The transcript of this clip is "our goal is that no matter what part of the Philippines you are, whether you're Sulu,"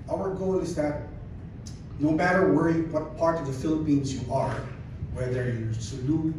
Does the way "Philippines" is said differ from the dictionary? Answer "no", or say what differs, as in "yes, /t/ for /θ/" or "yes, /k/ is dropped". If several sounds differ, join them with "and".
no